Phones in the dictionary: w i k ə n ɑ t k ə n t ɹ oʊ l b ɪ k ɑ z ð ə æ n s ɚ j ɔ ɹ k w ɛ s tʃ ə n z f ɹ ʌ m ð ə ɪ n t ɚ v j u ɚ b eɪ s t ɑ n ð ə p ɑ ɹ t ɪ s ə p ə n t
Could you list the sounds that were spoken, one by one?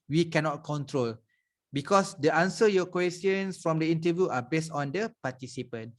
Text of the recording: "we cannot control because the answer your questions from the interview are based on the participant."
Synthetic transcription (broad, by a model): w i k ə n ɑ t k ə n t ɹ oʊ l b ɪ k ɑ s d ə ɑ n s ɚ j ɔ k w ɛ s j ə n s f ɹ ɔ m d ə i n t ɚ v j u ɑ b eɪ s t ɑ n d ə p ɑ t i s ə p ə n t